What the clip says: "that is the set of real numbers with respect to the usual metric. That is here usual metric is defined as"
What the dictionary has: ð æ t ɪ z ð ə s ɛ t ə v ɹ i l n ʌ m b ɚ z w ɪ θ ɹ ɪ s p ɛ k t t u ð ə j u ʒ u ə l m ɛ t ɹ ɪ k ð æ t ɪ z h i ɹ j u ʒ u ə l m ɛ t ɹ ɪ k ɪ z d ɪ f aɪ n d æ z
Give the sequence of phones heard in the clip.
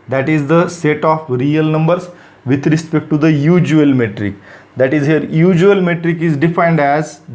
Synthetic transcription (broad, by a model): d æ t ɪ z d ə s ɛ t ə f ɹ i l n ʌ m b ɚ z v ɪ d ɹ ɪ s p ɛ k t t u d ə j u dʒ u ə l m ɛ t ɹ ɪ k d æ t ɪ z h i ɹ j u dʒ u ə l m ɛ t ɹ ɪ k ɪ z d ɪ f aɪ n d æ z